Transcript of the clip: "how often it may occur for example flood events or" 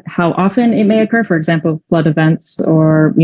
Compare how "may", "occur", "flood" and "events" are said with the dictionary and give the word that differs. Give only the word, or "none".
none